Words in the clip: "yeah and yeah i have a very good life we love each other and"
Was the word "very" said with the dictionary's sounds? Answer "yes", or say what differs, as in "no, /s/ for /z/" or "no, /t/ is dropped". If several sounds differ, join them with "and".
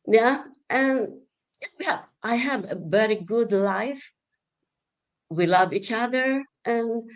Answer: no, /b/ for /v/